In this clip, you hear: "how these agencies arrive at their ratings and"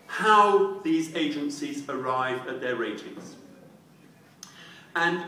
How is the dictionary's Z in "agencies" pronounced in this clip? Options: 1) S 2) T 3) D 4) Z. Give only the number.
4